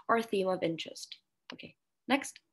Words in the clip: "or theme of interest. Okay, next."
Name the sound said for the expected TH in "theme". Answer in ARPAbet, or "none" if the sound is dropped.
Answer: TH